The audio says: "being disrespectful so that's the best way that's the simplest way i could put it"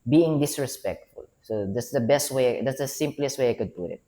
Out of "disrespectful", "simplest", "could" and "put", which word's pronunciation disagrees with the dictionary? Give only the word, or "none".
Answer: none